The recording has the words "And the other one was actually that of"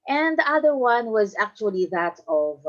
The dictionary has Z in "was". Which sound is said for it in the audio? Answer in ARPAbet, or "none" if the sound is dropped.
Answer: Z